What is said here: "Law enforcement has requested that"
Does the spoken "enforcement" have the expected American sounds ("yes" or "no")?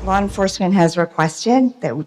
yes